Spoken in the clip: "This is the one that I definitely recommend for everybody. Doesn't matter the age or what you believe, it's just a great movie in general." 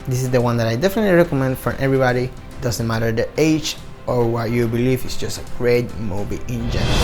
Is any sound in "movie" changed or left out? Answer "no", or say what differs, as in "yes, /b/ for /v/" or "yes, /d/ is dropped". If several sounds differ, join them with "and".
yes, /b/ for /v/